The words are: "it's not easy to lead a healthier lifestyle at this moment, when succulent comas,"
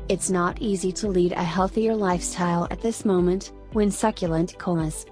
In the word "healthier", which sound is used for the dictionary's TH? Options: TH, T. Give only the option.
TH